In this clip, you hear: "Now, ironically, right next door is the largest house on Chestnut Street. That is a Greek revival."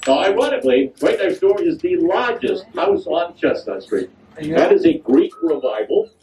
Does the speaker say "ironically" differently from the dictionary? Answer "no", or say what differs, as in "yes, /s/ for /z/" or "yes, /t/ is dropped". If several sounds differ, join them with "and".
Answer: yes, /k/ is dropped